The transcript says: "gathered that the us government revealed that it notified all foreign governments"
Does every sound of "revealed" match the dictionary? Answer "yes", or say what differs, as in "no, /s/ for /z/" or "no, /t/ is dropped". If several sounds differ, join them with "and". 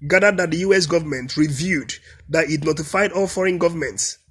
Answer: no, /l/ is dropped